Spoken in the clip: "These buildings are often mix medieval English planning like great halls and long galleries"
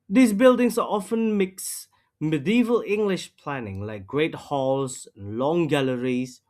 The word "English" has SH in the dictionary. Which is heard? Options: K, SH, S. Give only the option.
SH